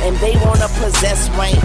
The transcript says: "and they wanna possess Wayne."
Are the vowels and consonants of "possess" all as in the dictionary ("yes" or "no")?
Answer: yes